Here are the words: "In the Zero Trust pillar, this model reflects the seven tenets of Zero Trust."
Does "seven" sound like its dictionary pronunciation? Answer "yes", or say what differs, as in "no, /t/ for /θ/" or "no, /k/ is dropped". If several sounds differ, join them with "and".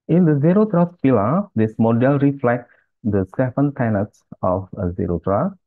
no, /f/ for /v/